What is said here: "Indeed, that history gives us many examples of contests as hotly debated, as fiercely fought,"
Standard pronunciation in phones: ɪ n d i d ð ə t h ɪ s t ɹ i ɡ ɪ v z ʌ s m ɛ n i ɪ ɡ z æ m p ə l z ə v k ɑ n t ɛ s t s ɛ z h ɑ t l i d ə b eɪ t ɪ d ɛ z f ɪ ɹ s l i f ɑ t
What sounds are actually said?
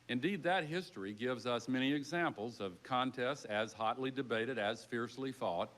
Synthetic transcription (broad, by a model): ɪ n d i d ð ə t h ɪ s t ɹ i ɡ ɪ v z ʌ s m ɛ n i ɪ ɡ z æ m p l z ə v k ɑ n t ɛ s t ɪ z h ɑ t l i d ə b eɪ t ɪ d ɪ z f ɪ ɹ s l i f ɑ t